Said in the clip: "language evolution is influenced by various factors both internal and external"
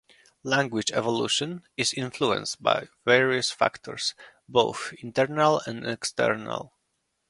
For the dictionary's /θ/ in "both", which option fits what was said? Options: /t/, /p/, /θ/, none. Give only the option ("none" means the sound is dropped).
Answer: /θ/